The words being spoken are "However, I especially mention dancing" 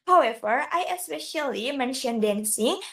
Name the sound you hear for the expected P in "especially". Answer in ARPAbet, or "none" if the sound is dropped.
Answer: P